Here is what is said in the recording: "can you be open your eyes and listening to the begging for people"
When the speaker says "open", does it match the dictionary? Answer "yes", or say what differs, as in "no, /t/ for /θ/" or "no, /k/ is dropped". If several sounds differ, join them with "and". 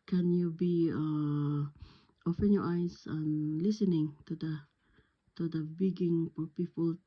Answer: no, /f/ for /p/